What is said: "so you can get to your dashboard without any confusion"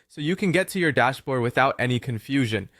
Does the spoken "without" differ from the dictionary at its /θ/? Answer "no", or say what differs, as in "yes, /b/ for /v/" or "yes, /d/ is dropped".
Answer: no